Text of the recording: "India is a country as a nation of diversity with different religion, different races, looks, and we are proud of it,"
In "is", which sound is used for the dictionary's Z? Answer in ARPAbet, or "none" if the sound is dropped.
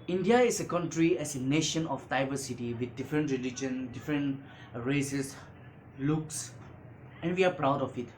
S